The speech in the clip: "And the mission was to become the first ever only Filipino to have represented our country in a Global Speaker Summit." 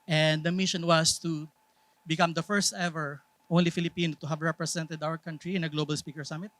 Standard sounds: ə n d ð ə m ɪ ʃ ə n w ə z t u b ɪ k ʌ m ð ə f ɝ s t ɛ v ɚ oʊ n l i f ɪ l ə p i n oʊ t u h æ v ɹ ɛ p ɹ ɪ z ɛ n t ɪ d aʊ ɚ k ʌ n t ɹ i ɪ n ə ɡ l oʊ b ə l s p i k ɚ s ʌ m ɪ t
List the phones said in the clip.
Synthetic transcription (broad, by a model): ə n d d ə m ɪ ʃ ə n w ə s t u b ɪ k ʌ m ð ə f ɝ s t ɛ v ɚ oʊ n l i f ɪ l ə p i n oʊ t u h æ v ɹ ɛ p ɹ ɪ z ɛ n t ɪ d aʊ ɚ k ʌ n t ɹ i ɪ n ə ɡ l oʊ b ə l s p i k ɚ s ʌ m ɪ t